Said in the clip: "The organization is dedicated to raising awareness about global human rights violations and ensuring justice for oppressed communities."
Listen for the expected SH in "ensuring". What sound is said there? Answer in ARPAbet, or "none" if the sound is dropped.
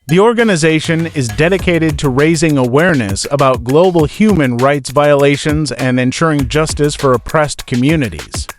SH